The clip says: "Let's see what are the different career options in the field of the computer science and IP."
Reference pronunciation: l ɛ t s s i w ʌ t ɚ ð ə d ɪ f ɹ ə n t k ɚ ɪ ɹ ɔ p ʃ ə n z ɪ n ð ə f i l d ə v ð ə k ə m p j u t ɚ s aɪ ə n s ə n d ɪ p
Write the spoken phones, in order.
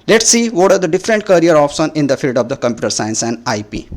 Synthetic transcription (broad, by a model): l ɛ t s s i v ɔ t ɚ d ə d ɪ f ɹ ə n t k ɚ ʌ ɹ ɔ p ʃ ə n ɪ n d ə f i l d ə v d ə k ə m p j u t ɚ s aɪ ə n s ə n d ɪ p